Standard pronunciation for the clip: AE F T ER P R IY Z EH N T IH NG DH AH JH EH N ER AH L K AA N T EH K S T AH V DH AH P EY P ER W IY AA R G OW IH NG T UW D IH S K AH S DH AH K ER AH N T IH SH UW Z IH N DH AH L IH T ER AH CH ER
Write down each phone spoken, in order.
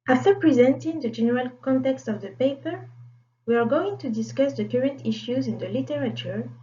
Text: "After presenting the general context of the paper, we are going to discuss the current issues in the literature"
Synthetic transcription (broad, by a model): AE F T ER P R IY Z EH N T IH NG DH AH JH EH N ER AH L K AA N T EH K S T AH V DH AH P EY P ER W IY AA R G OW IH NG T UW D IH S K AH S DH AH K ER AH N T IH SH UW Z IH N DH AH L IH T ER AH CH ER